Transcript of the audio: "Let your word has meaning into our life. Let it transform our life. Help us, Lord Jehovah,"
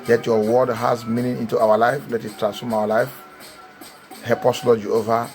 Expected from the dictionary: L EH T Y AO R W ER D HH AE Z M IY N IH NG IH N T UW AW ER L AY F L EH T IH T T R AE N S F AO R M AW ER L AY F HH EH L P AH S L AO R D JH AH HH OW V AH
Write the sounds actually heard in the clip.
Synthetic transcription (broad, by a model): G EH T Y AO W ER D HH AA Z M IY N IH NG IH N T UW AW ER L AY F L EH T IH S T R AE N S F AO M AW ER L AY F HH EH P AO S L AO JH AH OW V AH